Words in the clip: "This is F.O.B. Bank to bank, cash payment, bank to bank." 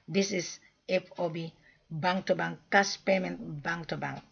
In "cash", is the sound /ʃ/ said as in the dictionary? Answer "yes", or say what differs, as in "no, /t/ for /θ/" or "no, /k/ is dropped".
no, /s/ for /ʃ/